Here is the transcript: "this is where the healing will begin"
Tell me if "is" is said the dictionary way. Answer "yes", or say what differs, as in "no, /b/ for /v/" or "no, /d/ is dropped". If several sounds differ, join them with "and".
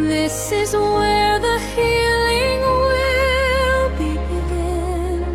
yes